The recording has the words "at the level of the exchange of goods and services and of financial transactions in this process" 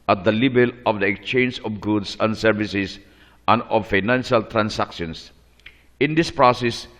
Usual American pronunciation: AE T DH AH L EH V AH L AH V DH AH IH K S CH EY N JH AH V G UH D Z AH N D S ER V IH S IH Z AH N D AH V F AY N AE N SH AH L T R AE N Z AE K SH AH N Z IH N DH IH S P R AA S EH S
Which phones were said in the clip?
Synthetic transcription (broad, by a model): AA T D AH L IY B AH L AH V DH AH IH K S CH EY N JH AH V G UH D S AH N D S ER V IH S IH S AH N D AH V F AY N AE N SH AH L T R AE N S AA K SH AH N S IH N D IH S P R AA S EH S